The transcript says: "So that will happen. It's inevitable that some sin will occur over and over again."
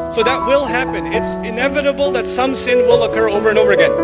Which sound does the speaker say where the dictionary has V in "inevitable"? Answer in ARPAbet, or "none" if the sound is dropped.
V